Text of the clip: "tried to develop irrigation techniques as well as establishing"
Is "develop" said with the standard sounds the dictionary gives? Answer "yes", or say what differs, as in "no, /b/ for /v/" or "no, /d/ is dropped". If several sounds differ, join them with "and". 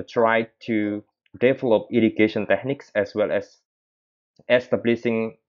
yes